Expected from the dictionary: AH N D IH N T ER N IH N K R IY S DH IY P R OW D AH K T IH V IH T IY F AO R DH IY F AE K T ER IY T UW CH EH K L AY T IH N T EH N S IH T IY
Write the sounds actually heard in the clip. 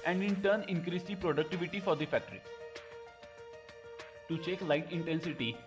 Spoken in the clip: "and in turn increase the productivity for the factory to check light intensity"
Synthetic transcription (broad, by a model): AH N D IH N T ER N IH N K R IY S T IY P R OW D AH K T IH V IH T IY F AO R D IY F AE K T ER IY T UW CH EH K L AY T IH N T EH N S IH T IY